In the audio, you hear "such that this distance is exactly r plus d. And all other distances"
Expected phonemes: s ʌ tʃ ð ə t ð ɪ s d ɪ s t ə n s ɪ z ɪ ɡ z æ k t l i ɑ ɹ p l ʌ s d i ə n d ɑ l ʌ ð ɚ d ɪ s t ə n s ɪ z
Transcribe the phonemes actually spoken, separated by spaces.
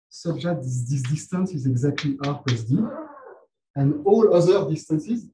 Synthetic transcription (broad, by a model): s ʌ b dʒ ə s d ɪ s d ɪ s t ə n s ɪ z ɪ ɡ z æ k t l i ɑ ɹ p ʌ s d i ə n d ɑ l ʌ ð ɚ d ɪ s t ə n s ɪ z